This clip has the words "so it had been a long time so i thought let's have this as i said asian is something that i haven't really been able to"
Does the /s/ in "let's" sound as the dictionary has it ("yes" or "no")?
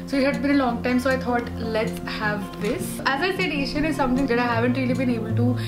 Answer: yes